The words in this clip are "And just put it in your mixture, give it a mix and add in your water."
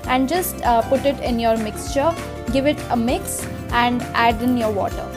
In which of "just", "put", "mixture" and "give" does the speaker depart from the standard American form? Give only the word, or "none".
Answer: none